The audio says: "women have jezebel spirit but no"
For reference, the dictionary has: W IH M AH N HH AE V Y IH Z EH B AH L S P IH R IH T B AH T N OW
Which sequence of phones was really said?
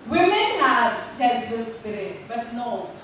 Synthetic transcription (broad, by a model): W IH M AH N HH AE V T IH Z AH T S IH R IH B AH T N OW